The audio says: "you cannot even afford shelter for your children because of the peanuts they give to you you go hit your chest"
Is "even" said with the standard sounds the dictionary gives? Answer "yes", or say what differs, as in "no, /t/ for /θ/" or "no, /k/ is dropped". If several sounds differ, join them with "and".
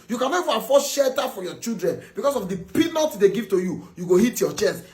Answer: no, /n/ is dropped